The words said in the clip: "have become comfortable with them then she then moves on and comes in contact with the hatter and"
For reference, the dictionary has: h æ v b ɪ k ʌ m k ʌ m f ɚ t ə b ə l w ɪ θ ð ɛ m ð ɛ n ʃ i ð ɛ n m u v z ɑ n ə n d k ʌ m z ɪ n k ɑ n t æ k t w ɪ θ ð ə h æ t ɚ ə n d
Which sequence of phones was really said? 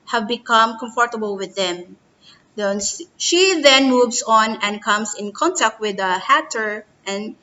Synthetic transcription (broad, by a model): h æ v b ɪ k ʌ m k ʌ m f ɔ t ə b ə l w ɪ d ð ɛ m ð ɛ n ʃ i ð ɛ n m u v s ɑ n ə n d k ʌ m s ɪ n k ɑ n t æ k t w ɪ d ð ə h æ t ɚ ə n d